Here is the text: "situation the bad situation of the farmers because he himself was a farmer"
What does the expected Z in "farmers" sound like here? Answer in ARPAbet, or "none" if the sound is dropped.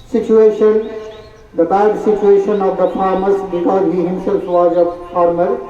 S